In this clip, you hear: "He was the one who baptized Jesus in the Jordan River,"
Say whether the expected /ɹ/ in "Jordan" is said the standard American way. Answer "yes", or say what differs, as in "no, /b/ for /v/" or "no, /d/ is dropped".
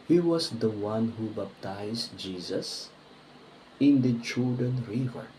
no, /l/ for /ɹ/